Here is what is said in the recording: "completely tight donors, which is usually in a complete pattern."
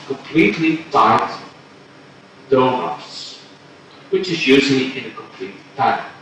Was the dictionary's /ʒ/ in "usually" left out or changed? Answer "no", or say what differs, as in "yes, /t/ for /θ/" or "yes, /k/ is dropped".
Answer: yes, /z/ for /ʒ/